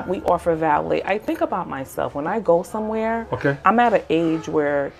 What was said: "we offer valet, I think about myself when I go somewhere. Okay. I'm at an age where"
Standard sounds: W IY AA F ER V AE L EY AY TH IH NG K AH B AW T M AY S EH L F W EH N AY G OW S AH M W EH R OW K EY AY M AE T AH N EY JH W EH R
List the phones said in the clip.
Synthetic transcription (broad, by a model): W IY AA F ER V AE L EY AY TH IH NG K AH B AW T M AY S EH L F W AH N AY G OW S AH M W EH R OW K EY AY M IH T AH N EY JH W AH R